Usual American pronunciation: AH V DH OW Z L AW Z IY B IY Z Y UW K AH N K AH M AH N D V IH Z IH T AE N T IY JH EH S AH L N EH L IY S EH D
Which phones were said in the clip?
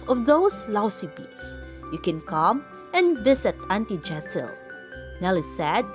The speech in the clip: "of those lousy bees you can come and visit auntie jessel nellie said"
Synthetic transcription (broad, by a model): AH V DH OW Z L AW S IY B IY S Y UW K AH N K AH M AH N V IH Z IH T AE N T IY JH EH S AH L N EH L IY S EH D